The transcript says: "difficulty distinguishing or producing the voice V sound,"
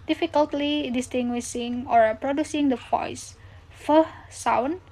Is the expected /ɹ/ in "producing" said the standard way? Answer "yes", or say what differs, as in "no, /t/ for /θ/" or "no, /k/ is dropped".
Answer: yes